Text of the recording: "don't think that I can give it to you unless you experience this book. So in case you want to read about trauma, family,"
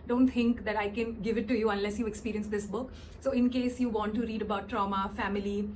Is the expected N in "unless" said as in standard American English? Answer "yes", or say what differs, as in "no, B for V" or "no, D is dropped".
yes